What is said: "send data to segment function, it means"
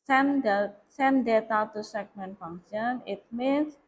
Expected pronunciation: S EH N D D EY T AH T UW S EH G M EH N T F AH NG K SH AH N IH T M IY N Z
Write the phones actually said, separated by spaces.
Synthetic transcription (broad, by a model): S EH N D D EY T AH T UW S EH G M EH N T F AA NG SH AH N IH T M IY N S